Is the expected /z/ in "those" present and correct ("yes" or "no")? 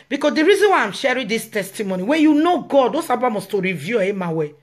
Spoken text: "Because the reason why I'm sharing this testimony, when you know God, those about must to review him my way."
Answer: no